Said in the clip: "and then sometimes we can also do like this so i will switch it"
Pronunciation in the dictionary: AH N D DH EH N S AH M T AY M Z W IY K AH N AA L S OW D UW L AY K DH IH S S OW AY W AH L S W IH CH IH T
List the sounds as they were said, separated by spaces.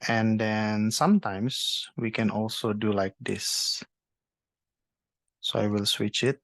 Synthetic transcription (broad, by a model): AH N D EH N S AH M T AY M S W IY K AH N AA L S OW D UW L AY K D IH S S OW AY W AH L S W IH CH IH T